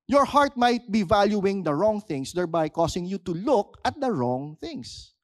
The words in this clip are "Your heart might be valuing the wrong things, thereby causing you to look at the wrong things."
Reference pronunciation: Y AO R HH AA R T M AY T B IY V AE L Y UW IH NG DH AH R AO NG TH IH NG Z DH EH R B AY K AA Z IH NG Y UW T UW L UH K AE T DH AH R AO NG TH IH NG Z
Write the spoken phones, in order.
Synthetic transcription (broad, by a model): Y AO R HH AA R T M AY T B IY V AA L Y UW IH NG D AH R AO NG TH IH NG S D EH R B AY K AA S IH NG Y UW T UW L UH K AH T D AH R AO NG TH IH NG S